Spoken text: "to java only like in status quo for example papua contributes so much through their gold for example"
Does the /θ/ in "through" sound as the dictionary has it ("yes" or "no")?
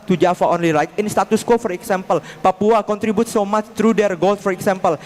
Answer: no